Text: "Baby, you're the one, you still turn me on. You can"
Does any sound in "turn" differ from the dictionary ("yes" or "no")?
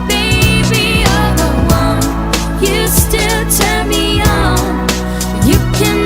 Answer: yes